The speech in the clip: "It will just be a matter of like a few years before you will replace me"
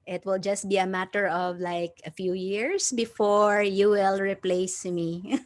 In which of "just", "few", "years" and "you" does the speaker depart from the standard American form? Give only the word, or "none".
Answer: years